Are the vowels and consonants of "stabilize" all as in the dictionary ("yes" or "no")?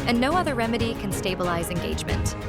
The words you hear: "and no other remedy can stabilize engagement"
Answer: yes